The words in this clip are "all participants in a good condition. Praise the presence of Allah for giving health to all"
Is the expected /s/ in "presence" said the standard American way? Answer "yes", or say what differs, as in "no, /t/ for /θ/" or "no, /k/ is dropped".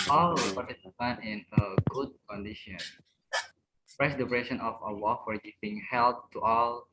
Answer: no, /s/ is dropped